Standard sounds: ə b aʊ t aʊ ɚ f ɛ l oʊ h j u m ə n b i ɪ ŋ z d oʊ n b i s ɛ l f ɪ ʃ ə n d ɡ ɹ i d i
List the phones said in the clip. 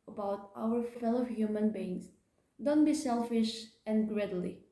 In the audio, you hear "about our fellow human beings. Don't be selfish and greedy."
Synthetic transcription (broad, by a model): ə b aʊ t aʊ ɚ f ɛ l oʊ h j u m ə n b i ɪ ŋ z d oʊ n b i s ɛ l f ɪ ʃ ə n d ɡ ɹ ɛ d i